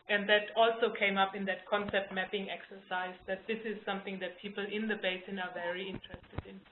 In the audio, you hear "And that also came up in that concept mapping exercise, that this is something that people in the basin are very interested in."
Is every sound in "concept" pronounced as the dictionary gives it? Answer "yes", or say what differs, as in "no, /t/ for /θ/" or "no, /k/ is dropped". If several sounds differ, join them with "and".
yes